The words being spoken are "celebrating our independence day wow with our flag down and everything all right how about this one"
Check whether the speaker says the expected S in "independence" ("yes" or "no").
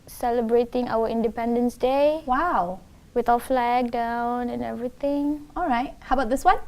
yes